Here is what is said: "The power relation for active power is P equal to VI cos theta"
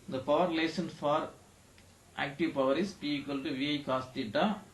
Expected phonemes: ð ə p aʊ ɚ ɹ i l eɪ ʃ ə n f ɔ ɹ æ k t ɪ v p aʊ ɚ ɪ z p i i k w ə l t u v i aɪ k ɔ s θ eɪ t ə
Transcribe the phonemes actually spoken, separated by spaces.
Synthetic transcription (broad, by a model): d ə p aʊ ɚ ɹ l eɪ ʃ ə n f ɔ ɹ æ k t ɪ v p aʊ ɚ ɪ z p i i k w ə l t u v i aɪ k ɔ s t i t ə